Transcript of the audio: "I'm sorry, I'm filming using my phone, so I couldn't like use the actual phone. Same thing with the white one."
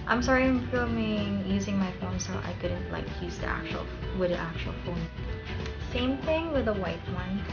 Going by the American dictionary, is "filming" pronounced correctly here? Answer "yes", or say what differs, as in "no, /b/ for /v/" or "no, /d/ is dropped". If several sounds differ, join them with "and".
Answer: no, /l/ is dropped